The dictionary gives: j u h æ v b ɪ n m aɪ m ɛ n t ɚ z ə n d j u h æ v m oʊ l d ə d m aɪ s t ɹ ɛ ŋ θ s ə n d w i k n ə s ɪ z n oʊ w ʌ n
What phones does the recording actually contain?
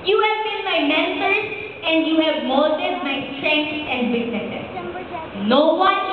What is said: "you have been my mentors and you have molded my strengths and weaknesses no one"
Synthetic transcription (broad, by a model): j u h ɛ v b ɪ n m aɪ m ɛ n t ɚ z ə n d j u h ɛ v m oʊ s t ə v m aɪ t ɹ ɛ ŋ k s ə n d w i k ə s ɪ n oʊ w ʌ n